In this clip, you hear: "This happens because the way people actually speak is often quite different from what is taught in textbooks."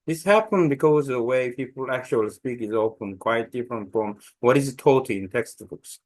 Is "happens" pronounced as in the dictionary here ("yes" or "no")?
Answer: no